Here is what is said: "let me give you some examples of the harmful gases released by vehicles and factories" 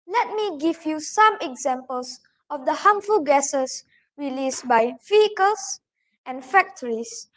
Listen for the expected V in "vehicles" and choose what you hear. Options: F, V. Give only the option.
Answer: F